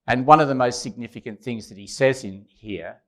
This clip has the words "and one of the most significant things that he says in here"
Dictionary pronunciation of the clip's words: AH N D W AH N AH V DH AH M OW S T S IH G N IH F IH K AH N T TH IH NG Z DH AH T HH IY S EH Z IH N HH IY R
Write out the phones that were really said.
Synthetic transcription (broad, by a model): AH N W AH N AH V DH AH M OW S T S IH G N IH F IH K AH N TH IH NG Z DH AH T HH IY S EH Z IH N HH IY R